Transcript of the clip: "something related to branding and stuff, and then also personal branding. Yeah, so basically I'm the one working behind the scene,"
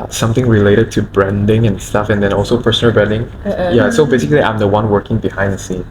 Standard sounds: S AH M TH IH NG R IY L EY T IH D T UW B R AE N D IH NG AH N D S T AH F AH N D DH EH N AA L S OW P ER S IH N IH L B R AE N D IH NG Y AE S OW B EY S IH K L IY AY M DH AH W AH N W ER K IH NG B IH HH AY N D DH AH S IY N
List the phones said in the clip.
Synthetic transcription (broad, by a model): S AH M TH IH NG R IY L EY T IH D T UW B R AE N D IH NG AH N S T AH F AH N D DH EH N AA L S OW P ER S IH N IH L B R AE N D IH NG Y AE S OW B EY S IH K L IY AY M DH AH W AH N W ER K IH NG B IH HH AY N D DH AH S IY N